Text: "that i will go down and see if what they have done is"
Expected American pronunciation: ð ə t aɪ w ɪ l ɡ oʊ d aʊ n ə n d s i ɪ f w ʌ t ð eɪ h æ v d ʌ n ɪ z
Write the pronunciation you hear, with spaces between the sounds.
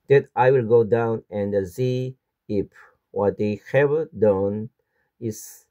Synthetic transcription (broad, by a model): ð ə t aɪ w ɪ l ɡ oʊ d aʊ n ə n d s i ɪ p w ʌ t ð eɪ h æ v d ʌ n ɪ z